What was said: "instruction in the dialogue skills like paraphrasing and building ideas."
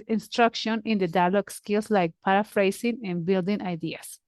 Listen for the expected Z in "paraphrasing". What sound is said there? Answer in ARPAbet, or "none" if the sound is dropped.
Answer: S